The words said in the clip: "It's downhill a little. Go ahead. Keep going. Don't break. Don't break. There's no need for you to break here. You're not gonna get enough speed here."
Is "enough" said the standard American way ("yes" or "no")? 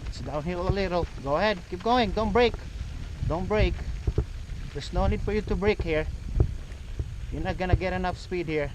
yes